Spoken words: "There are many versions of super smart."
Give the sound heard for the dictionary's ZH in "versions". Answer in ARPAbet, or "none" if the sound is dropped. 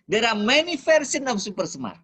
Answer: S